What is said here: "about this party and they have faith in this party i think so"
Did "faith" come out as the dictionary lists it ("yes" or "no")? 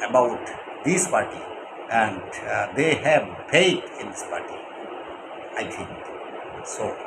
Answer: no